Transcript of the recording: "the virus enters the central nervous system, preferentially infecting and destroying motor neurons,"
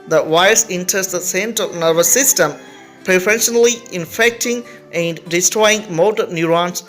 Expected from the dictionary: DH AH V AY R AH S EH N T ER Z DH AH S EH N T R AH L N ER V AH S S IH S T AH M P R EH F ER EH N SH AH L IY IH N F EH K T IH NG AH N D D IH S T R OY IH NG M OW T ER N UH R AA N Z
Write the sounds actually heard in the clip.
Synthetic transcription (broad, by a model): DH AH W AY AH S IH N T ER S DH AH S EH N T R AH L N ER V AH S S IH S T AH M P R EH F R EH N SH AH L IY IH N F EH K T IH NG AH N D D IH S T R OY IH NG M OW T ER N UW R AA N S